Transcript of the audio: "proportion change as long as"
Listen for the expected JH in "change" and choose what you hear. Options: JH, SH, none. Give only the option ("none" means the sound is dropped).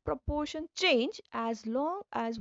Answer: JH